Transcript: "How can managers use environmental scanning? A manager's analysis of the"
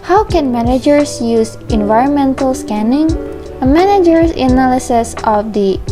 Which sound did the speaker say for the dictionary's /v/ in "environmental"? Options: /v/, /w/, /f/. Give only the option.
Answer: /v/